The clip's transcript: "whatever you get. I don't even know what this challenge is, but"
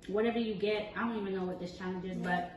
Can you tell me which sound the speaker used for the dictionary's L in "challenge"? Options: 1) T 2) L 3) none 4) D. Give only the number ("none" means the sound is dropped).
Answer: 3